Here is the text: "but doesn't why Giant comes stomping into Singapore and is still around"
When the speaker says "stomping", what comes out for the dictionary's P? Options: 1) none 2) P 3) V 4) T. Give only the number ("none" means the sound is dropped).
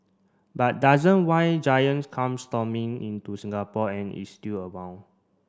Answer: 1